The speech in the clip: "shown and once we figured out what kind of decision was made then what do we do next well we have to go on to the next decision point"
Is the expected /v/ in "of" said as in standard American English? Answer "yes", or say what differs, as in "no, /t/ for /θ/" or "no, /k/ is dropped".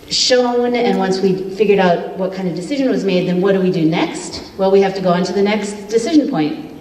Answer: yes